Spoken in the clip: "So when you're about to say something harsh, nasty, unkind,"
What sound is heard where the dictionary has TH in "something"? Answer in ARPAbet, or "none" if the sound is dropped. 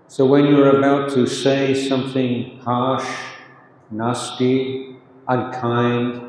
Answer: TH